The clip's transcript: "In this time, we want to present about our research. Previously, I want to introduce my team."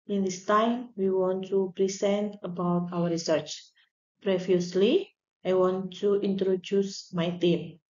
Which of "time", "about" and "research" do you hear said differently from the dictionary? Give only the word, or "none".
none